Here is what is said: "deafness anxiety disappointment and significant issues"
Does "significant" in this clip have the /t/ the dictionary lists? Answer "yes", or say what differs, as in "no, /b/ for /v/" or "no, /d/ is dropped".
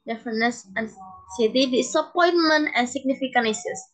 no, /t/ is dropped